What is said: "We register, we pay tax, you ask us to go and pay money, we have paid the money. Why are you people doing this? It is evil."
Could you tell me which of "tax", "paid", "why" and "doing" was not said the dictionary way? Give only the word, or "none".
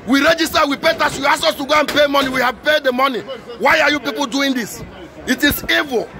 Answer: tax